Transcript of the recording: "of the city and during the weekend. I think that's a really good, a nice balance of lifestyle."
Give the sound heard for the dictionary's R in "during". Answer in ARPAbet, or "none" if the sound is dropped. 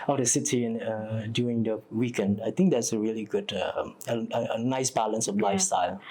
none